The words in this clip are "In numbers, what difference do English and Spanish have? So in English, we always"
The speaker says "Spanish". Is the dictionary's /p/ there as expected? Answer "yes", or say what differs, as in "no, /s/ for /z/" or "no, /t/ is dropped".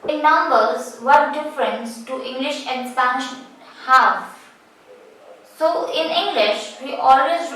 no, /p/ is dropped